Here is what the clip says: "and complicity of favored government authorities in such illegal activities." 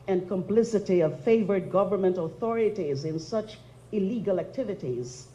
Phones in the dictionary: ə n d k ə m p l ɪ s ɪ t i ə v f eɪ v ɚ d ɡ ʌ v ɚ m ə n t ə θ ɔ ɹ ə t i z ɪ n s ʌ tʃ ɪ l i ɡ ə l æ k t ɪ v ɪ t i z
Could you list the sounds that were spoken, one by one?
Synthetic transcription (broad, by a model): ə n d k ə m p l ɪ s ɪ t i ə v f eɪ v ɚ d ɡ ʌ v ɚ m ə n t ə θ ɔ ɹ ə t i z ɪ n s ʌ tʃ ɪ l i ɡ ə l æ k t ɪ v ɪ t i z